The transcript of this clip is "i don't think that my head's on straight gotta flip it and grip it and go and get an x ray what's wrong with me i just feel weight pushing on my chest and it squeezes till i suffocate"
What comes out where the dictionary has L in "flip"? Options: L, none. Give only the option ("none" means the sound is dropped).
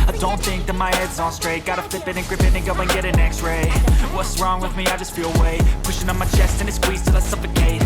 none